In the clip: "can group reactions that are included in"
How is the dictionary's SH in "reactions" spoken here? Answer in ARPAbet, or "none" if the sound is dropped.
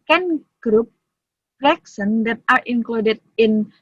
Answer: S